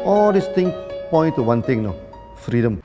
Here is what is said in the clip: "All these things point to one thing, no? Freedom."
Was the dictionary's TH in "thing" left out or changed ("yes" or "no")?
yes